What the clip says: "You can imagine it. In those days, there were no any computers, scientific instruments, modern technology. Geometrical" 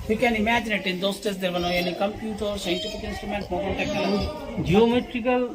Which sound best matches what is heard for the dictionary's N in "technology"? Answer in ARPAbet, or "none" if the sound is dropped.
none